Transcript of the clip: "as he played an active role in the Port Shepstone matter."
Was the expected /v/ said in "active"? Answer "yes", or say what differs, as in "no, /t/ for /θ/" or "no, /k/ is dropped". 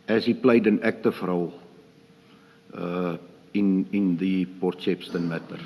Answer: no, /f/ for /v/